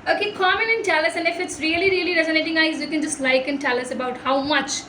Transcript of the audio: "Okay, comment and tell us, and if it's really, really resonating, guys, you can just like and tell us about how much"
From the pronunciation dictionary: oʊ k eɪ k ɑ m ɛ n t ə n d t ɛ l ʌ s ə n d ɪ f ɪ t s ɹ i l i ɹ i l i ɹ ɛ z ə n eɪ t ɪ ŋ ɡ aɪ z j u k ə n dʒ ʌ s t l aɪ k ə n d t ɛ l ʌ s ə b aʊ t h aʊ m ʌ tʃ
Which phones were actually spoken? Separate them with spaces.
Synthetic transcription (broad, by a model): oʊ k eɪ k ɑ m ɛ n ə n t ɛ l ʌ s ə n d ɪ f ɪ t s ɹ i l i ɹ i l i ɹ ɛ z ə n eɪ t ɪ ŋ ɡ aɪ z j u k ə n dʒ ʌ s t l aɪ k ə n t ɛ l ʌ s ə b aʊ t h aʊ m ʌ tʃ